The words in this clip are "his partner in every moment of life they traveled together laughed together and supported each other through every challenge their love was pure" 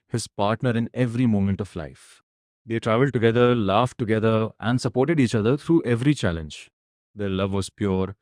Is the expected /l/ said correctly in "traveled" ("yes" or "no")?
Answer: yes